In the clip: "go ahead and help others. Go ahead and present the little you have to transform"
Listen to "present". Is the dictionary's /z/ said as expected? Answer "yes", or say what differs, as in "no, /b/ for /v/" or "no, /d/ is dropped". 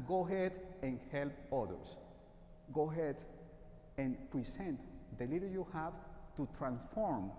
no, /s/ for /z/